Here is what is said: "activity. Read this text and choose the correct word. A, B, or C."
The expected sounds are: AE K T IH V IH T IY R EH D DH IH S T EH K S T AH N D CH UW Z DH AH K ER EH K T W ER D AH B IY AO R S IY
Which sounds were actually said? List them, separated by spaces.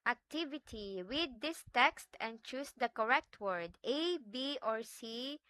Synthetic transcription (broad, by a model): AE K T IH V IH T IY W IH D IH S T EH K S T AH N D CH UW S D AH K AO EH K T W ER D AH B IY AO R S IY